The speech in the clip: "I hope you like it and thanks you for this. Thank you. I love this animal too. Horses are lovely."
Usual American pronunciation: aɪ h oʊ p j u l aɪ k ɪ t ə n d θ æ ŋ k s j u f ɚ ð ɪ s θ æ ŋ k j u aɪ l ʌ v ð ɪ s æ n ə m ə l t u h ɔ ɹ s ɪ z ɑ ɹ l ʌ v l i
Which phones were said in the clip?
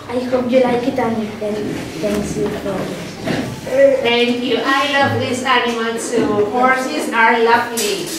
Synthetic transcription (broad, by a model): aɪ h oʊ p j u l aɪ k ɪ t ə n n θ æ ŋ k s j u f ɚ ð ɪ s t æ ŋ k j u aɪ l ʌ v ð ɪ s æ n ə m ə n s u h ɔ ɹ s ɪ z ɑ ɹ l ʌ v l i